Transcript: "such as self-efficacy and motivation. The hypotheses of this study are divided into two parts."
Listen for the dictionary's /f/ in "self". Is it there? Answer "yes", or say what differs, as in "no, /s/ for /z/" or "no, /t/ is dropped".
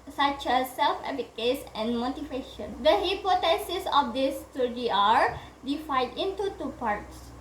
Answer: yes